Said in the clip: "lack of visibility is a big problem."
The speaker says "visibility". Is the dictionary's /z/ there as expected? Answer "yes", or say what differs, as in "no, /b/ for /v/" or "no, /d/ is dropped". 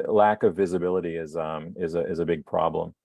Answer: yes